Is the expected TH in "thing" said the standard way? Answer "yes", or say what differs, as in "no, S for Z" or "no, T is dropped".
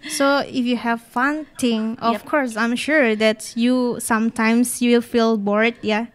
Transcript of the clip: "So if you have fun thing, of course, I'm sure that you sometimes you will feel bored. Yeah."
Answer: no, T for TH